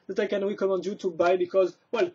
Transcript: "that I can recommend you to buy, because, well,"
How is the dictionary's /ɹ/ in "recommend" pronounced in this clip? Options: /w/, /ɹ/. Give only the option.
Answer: /w/